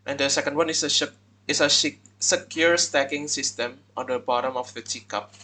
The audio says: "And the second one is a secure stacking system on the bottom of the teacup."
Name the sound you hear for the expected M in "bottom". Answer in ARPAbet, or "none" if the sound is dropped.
M